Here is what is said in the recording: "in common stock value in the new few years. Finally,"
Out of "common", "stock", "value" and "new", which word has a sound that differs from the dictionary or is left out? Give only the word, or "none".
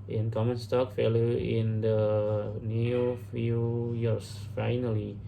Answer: value